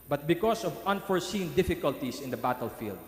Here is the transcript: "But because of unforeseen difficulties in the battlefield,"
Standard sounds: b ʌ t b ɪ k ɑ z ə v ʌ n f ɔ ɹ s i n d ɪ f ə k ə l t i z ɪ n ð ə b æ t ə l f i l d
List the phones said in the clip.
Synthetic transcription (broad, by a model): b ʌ t b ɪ k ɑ s ə v ʌ n f ɔ ɹ s i n d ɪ f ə k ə l t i s ɪ n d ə b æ t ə l f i l d